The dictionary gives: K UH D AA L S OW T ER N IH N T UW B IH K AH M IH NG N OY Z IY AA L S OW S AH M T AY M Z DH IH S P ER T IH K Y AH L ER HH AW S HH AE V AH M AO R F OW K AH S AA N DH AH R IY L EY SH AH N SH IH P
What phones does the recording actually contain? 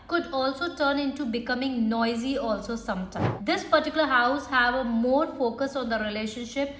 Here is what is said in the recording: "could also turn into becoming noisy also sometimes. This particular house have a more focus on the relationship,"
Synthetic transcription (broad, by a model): K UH D AA L S OW T ER N IH N T UW B IH K AH M IH NG N OY Z IY AA L S OW S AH M T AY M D IH S P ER T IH K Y L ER HH AW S HH AE V AH M AO R F OW K AH S AA N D AH R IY L EY SH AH N SH IH P